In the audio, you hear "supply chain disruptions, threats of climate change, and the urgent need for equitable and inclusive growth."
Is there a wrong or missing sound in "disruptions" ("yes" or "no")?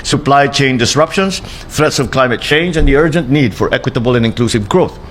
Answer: yes